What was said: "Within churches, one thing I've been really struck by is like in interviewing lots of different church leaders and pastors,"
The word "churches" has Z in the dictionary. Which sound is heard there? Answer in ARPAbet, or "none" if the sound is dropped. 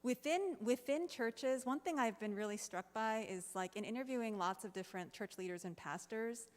Z